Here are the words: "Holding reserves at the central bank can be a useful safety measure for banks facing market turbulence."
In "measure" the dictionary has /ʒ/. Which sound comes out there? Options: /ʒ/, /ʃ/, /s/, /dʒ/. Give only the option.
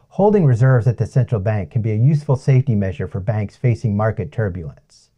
/ʒ/